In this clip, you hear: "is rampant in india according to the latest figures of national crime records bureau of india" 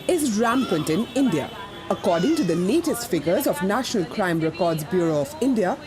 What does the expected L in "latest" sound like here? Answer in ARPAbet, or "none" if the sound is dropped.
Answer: N